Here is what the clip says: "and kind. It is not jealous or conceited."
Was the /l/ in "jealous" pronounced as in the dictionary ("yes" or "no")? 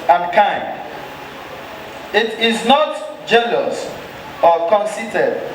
no